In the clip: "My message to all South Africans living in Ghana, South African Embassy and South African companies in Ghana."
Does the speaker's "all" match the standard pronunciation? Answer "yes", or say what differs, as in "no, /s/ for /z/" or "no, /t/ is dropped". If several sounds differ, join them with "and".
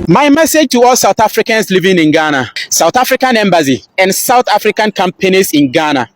yes